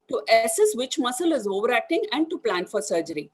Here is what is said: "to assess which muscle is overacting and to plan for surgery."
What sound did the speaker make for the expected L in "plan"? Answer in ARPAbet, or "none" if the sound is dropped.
L